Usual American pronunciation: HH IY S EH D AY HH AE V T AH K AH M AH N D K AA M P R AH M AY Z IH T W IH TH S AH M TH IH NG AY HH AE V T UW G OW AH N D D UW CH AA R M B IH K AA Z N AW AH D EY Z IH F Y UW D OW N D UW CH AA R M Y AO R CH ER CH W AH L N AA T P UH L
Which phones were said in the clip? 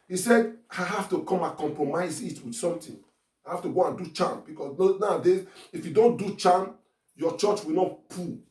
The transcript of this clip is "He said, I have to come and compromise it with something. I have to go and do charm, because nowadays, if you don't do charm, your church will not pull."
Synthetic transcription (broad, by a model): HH IY S EH D AY HH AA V T AH K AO M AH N K AA M P R AH M AY Z IH T W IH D S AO M T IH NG AY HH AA F T UW G OW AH N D D UW CH AA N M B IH K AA S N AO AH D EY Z IH F Y UW D OW N D UW CH AA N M Y AO CH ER CH W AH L N AA T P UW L